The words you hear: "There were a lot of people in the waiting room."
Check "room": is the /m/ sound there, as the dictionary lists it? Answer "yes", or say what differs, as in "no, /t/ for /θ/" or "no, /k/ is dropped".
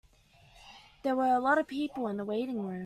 no, /m/ is dropped